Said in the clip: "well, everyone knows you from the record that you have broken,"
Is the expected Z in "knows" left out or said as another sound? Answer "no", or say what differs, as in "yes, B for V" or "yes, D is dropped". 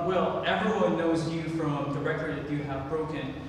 no